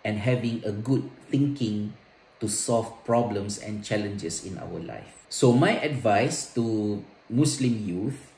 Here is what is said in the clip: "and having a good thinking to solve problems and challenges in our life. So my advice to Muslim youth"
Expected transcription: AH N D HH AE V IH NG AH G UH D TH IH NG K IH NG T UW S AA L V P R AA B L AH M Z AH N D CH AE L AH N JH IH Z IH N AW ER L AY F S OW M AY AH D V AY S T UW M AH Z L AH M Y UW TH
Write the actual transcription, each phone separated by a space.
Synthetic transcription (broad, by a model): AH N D HH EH V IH NG AH G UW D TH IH NG K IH NG T UW S AA L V P R AA B L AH M S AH N CH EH L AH N JH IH S IH N AW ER L AY F S OW M AY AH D V AY S T UW M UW S L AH M Y UW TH